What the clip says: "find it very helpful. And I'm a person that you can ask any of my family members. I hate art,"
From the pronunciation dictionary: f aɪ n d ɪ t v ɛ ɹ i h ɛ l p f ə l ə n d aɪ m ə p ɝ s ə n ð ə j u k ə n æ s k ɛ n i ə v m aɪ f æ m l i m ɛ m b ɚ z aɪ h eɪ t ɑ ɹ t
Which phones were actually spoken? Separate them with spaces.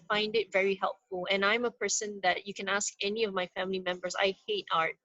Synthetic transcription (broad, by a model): f aɪ n d ɪ t v ɛ ɹ i h ɛ l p f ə l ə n aɪ m ə p ɝ s ə n ð ə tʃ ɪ k ə n æ s k ɛ n i ə v m aɪ f æ m l i m ɛ m b ɚ z aɪ h eɪ t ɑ ɹ t